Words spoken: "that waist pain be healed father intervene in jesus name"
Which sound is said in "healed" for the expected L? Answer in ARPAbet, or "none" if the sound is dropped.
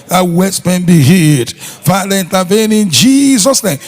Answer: none